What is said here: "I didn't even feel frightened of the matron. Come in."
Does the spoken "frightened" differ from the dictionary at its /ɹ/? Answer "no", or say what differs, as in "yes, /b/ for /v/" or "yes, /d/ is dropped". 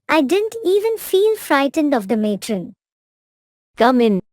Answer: no